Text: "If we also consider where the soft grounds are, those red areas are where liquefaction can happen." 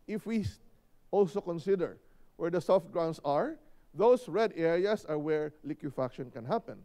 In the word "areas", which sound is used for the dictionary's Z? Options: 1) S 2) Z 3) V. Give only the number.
1